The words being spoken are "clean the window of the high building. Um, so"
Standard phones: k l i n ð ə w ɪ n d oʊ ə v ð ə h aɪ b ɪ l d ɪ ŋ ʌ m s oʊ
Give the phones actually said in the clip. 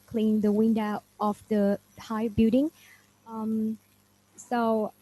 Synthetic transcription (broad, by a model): k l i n ð ə w ɪ n d oʊ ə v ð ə h aɪ b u d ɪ ŋ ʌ m s oʊ